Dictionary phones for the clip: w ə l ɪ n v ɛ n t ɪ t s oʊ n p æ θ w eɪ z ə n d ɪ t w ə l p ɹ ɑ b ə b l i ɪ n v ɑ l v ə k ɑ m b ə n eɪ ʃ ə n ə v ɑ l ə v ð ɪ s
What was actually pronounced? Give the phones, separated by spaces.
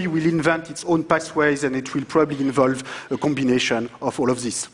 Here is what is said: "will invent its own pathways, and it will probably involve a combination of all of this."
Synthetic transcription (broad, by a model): w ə l ɪ n v ɛ n t ɪ t s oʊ n p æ s w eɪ z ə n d ɪ t w ə l p ɹ ɑ b ə b l i ɪ n v ɑ l v ə k ɑ m b ə n eɪ ʃ ə n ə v ɑ l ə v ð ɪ s